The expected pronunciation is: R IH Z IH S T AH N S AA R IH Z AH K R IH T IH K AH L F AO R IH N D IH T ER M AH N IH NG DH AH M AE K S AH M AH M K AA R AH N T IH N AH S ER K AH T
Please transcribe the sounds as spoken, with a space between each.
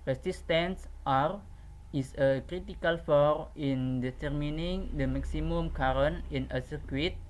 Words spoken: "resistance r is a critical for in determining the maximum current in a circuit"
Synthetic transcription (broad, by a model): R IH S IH S T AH N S AA R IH S AH K R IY T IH K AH L F AO R IH N D IH T ER M AH N IH NG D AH M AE K S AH M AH M K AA R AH N IH N AH S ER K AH T